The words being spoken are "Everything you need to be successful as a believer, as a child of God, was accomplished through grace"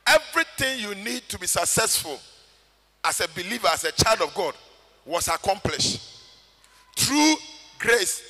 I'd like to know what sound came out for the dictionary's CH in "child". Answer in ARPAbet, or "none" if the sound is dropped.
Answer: CH